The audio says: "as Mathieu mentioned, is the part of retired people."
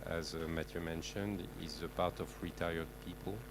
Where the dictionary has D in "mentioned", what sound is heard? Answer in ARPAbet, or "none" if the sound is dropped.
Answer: D